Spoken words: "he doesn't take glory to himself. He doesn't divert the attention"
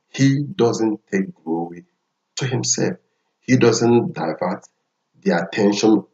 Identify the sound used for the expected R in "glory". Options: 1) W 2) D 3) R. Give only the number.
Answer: 1